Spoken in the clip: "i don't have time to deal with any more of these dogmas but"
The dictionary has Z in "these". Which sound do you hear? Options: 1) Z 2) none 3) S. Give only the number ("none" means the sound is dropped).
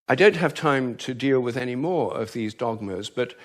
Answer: 1